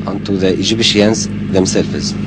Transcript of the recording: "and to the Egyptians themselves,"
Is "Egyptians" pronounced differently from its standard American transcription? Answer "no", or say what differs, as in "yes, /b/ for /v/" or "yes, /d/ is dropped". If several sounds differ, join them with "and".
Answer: yes, /b/ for /p/